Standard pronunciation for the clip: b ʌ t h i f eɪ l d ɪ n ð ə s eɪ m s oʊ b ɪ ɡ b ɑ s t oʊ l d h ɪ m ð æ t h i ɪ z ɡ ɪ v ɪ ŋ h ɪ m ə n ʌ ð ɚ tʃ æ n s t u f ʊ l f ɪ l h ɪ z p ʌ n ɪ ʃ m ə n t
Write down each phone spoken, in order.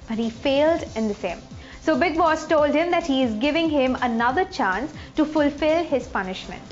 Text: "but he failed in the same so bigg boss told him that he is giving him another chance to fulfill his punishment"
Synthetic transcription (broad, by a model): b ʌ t h i f eɪ l d ɪ n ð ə s eɪ m s oʊ b ɪ ɡ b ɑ s t oʊ l d h ɪ m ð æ t h i ɪ z ɡ ɪ v ɪ ŋ h ɪ m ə n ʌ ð ɚ tʃ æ n s t u f ʊ l f ɪ l h ɪ z p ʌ n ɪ ʃ m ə n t